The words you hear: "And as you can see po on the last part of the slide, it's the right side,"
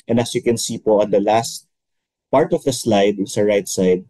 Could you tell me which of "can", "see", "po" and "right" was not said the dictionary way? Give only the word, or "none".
none